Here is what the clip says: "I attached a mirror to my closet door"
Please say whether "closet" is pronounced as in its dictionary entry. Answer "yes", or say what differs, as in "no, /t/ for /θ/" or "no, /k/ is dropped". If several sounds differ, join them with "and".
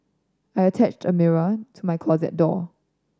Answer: yes